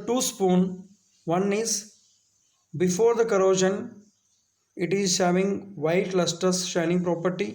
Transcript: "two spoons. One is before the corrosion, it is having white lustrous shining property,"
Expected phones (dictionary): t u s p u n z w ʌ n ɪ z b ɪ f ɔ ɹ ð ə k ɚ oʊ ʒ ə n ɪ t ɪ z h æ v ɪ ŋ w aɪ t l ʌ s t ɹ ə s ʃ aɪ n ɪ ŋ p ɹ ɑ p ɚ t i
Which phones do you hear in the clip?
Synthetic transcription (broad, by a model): t u s p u n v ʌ n ɪ z b ɪ f ɔ ɹ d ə k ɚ oʊ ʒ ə n ɪ t ɪ z h æ v ɪ ŋ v aɪ t l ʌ s t ə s ʃ aɪ n ɪ ŋ p ɹ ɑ p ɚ t i